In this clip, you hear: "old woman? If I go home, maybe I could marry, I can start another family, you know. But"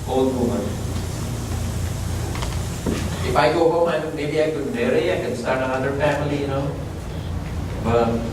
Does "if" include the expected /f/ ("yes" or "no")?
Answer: yes